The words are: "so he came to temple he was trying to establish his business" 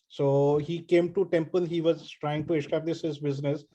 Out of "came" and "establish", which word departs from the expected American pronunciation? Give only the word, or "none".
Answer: establish